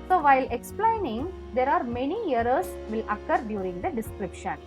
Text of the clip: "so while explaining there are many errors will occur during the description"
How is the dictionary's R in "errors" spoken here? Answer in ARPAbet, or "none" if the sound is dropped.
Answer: none